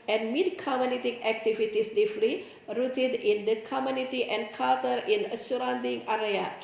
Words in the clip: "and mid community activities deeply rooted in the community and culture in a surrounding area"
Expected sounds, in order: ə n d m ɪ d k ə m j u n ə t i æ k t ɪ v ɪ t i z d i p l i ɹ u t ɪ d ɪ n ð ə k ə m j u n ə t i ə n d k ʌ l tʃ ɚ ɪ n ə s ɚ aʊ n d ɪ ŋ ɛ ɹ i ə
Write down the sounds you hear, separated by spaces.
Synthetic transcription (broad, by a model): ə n m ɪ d k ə m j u n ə t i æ k t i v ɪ t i s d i f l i ɹ u t ɪ d ɪ n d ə k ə m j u n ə t i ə n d k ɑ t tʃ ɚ ɪ n ə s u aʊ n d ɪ ŋ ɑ ɹ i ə